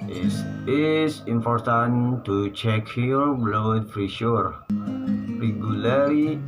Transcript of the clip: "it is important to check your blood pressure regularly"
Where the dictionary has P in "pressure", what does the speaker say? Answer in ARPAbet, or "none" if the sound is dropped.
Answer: F